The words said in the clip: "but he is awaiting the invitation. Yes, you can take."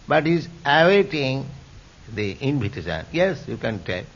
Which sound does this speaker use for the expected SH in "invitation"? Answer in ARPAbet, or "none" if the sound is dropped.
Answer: S